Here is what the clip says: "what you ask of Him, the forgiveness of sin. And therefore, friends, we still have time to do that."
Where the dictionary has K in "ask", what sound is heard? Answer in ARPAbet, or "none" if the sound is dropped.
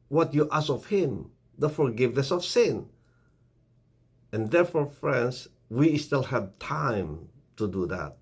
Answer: none